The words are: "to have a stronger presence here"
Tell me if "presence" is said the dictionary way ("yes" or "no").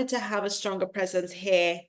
yes